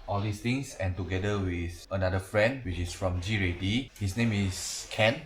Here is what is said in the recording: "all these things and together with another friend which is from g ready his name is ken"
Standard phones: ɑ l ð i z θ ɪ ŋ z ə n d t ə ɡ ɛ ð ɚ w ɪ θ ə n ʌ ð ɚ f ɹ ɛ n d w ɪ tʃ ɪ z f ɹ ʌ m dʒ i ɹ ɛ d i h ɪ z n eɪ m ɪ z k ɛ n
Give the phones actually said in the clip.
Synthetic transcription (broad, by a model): ɑ l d i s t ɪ ŋ s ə n t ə ɡ ɛ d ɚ w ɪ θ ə n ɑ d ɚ f ɹ ɛ n d w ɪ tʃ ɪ s f ɹ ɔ m dʒ i ɹ ɛ d i h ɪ s n eɪ m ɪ s k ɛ n